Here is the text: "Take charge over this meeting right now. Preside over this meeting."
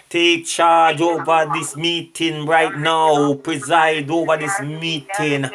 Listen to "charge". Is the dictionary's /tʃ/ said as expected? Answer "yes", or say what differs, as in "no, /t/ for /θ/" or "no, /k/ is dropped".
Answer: yes